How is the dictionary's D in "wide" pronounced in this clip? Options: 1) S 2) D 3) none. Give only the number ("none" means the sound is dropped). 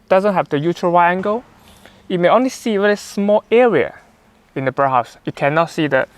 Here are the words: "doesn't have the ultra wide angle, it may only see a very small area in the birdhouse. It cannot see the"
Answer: 3